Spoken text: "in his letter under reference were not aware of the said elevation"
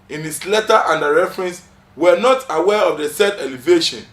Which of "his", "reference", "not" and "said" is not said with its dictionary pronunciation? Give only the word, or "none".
his